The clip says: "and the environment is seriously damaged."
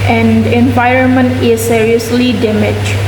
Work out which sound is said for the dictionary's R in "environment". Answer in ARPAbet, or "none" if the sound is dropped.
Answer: R